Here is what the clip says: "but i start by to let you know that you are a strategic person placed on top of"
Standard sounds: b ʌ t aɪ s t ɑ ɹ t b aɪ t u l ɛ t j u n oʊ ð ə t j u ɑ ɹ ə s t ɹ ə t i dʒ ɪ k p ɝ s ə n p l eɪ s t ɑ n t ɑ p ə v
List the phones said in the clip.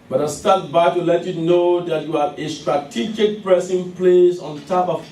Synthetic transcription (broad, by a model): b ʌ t aɪ s t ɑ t b aɪ t u l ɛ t j u n oʊ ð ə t j u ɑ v ə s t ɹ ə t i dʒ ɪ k p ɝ s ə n p l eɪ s ɑ n t ɑ p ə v